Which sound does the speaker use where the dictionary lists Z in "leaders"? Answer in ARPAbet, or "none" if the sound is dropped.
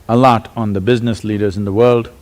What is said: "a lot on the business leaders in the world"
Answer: Z